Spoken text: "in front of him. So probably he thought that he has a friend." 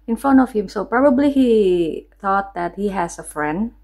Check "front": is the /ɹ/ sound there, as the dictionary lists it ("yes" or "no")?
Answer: no